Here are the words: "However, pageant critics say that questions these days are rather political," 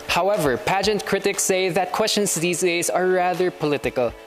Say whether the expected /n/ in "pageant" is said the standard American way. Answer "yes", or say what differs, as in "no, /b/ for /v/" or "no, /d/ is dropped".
yes